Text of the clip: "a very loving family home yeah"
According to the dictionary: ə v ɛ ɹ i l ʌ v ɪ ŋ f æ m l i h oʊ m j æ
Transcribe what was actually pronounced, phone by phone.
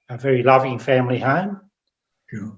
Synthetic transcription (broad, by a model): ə v ɛ ɹ i l ʌ v ɪ ŋ f æ m l i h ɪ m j